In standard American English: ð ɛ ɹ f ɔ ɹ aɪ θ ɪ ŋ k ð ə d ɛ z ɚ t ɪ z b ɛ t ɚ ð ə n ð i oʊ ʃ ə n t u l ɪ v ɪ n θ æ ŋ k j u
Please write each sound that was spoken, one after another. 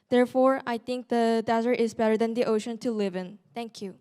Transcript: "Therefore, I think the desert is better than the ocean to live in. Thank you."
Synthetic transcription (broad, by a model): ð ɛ ɹ f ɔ ɹ aɪ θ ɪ ŋ k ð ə d ɛ z ɚ t ɪ z b ɛ t ɚ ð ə n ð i oʊ ʃ ə n t u l ɪ v ɪ n t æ ŋ k j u